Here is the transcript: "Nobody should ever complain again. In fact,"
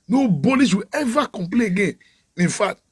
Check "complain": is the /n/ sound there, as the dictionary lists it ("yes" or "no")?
no